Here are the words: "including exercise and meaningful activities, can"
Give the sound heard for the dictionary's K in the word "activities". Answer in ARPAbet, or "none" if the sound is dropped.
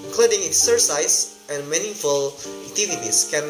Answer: none